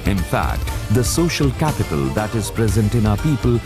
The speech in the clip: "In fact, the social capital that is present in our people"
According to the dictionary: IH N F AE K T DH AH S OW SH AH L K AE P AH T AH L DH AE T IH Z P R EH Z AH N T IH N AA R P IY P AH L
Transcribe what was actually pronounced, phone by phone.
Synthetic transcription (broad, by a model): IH N F AE K T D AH S OW SH AH L K AE P AH T AH L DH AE T IH Z P R EH Z AH N T IH N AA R P IY P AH L